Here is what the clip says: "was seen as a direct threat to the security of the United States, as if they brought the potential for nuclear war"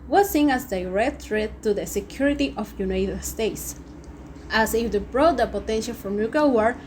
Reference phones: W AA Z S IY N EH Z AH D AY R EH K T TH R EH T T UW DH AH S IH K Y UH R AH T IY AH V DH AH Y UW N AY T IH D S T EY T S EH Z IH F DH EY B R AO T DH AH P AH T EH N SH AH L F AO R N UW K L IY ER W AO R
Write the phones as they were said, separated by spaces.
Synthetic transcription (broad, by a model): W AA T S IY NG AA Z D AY R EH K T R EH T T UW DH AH S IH K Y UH R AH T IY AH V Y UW N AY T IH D S T EY T S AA S IH F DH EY B R AO T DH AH P AH T EH N SH AH L F AO R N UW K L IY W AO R